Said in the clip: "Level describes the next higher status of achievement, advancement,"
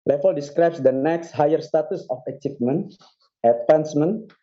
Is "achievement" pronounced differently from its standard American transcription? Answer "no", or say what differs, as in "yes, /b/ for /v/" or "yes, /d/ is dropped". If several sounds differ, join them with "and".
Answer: yes, /p/ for /v/